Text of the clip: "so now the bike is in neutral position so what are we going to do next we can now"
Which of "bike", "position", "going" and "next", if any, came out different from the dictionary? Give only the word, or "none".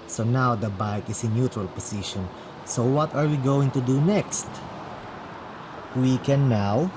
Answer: position